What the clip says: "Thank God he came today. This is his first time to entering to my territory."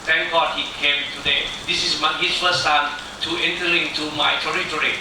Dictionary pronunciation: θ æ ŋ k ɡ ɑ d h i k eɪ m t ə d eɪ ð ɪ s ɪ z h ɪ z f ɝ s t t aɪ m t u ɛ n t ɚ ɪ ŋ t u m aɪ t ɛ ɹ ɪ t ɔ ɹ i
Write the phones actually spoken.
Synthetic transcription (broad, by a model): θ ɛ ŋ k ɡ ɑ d h i k eɪ m t ə d eɪ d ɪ s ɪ s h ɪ s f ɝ s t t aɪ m t u ɛ n t ɚ ɪ ŋ t u m aɪ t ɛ ɹ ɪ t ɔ ɹ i